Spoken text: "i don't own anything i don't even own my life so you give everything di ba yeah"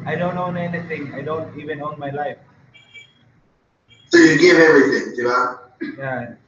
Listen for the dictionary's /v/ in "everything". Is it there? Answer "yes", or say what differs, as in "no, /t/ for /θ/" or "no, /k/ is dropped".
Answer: no, /v/ is dropped